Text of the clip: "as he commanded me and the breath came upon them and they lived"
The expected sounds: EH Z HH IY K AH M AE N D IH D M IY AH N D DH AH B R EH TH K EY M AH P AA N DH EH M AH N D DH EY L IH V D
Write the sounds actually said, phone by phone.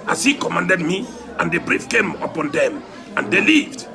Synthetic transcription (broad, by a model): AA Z HH IY K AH M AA N D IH D M IY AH N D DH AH B R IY F K EY M AH P AA N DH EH M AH N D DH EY L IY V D